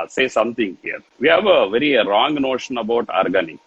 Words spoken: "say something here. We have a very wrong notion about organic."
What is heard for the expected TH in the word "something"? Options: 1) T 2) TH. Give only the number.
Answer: 1